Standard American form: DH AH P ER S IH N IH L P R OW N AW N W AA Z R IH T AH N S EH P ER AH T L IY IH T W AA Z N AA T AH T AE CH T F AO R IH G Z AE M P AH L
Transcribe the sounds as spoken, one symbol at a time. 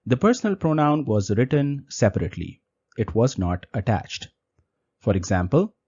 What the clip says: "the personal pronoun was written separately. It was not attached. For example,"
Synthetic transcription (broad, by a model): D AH P ER S IH N IH L P R OW N AW N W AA Z R IH T AH N S EH P ER AH T L IY IH T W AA Z N AA T AH T AE CH T F AO R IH G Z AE M P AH L